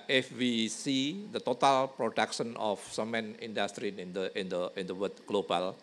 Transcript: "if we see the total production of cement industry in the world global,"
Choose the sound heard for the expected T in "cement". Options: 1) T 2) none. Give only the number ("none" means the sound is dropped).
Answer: 2